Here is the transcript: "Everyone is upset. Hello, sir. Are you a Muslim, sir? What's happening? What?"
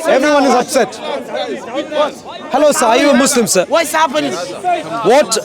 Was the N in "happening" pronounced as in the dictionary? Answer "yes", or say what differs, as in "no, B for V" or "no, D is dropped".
no, N is dropped